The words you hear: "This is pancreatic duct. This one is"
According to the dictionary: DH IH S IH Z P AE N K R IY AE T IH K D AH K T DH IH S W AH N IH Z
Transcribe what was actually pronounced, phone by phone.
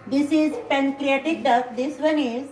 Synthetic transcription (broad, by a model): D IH S IH Z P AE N K R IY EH T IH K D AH T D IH S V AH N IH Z